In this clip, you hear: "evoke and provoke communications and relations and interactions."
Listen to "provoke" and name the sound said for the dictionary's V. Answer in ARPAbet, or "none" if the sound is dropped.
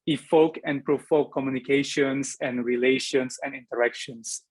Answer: F